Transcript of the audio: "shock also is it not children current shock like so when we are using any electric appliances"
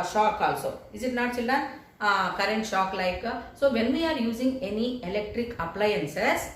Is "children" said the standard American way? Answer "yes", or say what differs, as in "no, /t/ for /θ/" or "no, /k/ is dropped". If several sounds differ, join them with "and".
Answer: no, /ɹ/ is dropped